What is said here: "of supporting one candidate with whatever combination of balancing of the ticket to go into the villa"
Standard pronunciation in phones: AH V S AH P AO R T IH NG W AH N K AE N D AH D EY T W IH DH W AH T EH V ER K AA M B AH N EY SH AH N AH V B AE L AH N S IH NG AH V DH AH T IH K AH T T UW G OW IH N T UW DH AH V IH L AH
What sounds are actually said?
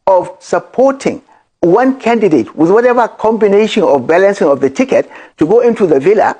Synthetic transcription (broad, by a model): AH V S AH P AO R T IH NG W AH N K AE N D AH D EY T W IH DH W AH T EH V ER K AA M B AH N EY SH AH N AH V B AE L AH N S IH NG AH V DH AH T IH K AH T T UW G OW IH N T UW DH AH V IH L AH